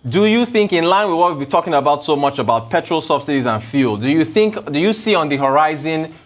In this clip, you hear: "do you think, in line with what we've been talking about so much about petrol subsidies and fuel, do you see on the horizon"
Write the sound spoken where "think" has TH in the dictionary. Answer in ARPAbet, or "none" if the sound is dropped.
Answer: TH